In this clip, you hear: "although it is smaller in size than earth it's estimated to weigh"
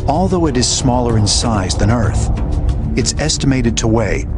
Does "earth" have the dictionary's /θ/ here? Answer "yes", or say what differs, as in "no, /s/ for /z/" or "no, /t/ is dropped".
yes